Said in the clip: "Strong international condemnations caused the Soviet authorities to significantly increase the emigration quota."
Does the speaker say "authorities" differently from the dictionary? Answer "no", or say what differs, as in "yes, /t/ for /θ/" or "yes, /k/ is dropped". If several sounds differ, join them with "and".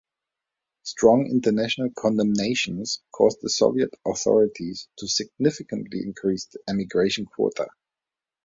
no